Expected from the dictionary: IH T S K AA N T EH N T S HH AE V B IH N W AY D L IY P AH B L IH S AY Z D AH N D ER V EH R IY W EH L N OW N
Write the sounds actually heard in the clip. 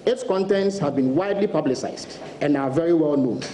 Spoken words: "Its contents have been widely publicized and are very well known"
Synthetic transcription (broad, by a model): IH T S K AA N T EH N T S HH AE V B IH N W AY D L IY P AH B L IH S AY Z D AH N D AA V EH R IY W EH L N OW N